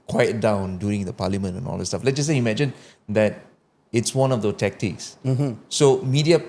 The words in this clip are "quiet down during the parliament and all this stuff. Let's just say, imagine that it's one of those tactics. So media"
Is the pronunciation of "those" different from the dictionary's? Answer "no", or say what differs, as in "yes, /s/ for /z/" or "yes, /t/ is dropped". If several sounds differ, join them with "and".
yes, /z/ is dropped